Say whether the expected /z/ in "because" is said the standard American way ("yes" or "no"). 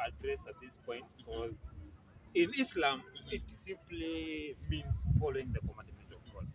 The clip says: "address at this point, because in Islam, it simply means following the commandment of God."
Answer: yes